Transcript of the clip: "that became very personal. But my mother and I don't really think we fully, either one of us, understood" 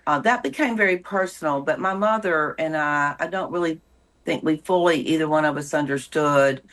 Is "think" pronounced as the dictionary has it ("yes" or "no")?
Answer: yes